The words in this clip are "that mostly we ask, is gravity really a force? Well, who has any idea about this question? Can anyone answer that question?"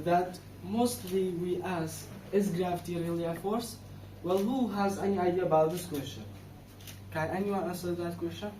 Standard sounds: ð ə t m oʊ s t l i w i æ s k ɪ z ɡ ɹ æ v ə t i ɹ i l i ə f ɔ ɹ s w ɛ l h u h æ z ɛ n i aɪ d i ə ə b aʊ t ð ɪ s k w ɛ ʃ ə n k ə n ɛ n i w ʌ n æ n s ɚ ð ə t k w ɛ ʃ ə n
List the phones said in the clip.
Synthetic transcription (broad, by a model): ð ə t m oʊ s t l i w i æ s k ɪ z ɡ ɹ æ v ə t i ɹ i l i ə f ɔ ɹ s w ɛ l h u h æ z ɛ n i aɪ d i ə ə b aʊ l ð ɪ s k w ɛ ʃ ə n k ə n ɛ n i w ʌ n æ s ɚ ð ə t k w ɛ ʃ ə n